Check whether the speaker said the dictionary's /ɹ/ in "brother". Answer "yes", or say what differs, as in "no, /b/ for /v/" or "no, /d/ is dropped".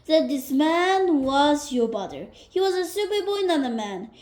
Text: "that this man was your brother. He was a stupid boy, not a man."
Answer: no, /ɹ/ is dropped